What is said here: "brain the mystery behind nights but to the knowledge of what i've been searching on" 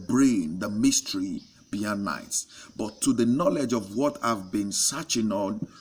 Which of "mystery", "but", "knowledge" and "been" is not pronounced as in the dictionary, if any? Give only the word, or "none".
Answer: none